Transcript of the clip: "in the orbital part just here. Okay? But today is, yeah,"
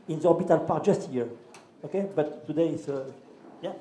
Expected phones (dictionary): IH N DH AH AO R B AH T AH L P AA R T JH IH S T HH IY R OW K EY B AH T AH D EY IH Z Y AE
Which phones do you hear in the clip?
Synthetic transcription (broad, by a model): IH N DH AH AO R B AH T AH L P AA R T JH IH S T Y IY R OW K EY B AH T AH D EY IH S Y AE